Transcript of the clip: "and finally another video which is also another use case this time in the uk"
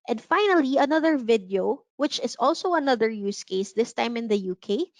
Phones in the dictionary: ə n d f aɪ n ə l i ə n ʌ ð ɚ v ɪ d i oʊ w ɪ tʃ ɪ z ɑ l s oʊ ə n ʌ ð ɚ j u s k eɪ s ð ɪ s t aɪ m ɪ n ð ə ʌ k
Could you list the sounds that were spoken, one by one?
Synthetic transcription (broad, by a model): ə n d f aɪ n ə l i ə n ʌ ð ɚ v ɪ d i oʊ w ɪ tʃ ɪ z ɑ l s oʊ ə n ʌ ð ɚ j u s k eɪ s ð ɪ s t aɪ m ɪ n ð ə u k